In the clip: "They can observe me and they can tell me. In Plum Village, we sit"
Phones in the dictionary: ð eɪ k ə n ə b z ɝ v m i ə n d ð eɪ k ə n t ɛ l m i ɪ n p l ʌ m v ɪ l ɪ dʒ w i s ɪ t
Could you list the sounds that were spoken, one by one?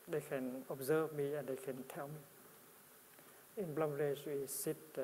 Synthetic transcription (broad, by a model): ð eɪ k ə n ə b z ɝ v m i ə n d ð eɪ k ə n t ɛ l m i ɪ n b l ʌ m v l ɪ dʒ w i s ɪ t